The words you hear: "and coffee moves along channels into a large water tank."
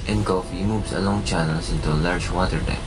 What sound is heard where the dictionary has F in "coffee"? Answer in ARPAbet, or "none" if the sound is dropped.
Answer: F